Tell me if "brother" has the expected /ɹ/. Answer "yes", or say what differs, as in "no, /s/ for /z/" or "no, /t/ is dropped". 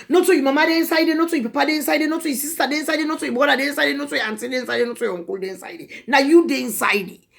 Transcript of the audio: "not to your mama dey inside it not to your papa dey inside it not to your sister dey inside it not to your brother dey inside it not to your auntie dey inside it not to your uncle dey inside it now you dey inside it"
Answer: no, /ɹ/ is dropped